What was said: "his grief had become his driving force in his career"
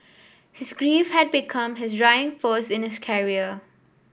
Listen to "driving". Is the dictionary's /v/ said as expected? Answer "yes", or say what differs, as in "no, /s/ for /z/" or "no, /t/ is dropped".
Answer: no, /v/ is dropped